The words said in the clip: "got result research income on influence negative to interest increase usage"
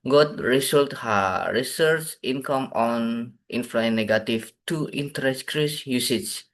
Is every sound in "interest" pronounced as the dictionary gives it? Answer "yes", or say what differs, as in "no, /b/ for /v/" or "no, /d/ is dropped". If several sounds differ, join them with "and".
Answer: no, /ɹ/ is dropped and /s/ is dropped